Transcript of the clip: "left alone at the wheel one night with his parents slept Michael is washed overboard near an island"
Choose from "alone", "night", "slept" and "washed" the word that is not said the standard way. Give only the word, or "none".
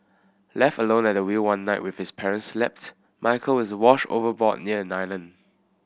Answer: washed